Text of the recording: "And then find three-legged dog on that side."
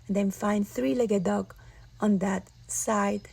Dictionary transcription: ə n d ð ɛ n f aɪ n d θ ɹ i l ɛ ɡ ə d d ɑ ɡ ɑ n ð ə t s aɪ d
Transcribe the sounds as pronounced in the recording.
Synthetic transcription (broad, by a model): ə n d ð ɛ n f aɪ n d θ ɹ i l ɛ ɡ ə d d ɑ ɡ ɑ n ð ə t s aɪ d